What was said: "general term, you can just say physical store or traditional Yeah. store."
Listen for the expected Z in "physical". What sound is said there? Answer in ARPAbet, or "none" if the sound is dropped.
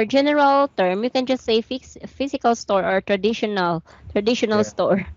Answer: S